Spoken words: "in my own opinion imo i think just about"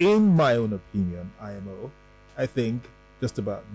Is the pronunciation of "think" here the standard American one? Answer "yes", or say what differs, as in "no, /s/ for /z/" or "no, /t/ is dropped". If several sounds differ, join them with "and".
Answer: yes